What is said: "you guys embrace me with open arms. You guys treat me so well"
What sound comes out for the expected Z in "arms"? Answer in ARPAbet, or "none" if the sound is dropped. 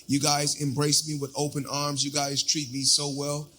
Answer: Z